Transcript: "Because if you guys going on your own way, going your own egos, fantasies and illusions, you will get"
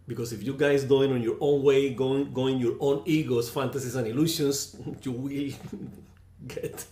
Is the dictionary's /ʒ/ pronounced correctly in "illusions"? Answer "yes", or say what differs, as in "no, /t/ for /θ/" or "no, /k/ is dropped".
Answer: no, /s/ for /ʒ/